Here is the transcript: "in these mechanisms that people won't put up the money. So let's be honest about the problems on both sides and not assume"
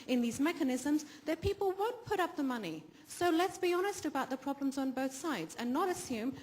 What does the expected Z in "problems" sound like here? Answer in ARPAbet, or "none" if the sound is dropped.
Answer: Z